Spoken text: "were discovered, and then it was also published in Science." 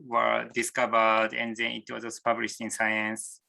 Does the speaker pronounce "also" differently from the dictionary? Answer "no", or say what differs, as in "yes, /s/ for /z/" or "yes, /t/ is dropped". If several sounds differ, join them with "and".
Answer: yes, /l/ is dropped